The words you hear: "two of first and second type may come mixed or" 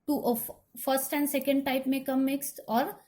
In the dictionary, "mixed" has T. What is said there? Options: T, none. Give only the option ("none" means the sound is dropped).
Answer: T